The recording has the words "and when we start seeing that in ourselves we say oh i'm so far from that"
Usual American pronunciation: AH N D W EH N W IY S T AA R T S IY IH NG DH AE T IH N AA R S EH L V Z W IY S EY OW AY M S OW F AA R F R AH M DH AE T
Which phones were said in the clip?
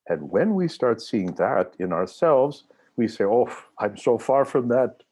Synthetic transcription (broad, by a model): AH N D W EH N W IY S T AA R T S IY IH NG DH AE T IH N AA R S EH L V Z W IY S EY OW AY M S OW F AA R F R AH M DH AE T